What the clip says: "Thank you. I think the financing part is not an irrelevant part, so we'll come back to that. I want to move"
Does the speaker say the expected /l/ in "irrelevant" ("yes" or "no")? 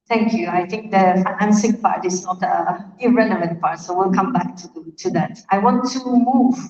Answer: no